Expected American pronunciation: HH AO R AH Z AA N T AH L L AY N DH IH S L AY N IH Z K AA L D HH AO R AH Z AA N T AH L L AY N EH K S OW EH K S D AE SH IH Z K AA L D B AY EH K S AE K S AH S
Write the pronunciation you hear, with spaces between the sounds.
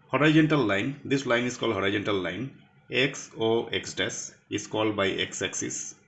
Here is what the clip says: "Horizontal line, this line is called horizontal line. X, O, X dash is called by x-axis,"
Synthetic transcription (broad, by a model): HH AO R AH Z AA N T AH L L AY N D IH S L AY N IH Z K AA L D HH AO R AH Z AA N T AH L L AY N EH K S OW EH K S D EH S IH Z K AA L D B AY EH K S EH K S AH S